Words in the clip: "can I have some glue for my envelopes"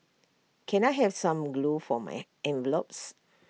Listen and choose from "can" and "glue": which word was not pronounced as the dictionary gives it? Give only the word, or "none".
none